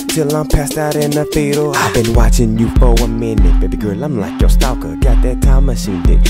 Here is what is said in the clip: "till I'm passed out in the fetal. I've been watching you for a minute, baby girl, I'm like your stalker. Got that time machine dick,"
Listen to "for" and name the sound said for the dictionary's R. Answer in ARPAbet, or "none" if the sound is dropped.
W